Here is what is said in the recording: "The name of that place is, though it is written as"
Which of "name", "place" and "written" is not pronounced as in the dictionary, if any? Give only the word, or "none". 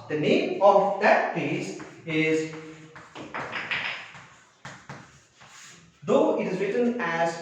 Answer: place